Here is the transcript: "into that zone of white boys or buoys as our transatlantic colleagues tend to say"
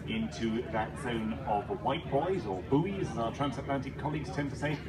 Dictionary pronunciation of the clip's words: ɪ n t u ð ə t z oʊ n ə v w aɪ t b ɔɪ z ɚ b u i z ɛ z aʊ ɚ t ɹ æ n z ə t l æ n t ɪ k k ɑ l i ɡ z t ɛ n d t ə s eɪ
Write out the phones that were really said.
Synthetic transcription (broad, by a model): ɪ n t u ð ə t z oʊ n ə v w aɪ t b ɔɪ z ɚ b u i z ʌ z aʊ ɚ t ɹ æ n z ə t l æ n t ɪ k k ɑ l i ɡ z t ɛ n t ə s eɪ